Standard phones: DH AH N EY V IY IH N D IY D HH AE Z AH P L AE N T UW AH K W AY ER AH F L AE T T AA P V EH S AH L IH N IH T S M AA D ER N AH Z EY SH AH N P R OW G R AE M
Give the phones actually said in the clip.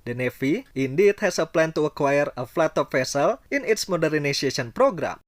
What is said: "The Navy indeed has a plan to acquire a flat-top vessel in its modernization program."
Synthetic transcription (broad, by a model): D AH N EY F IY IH N D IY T HH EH S AH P L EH N T UW AH K W AY ER AH F L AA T T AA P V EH S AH L IH N IH T S M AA D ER N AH S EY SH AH N P R OW G R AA M